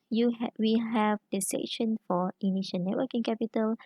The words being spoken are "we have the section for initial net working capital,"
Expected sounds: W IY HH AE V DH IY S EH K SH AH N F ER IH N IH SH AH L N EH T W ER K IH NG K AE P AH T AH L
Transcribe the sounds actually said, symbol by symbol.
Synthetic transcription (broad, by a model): W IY HH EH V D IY S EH SH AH N F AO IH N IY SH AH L N EH T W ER K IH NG K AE P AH T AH L